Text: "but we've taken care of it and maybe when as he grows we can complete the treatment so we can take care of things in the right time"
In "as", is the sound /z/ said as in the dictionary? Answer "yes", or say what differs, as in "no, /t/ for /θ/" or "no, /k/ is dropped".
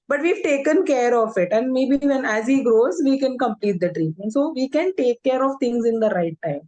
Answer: yes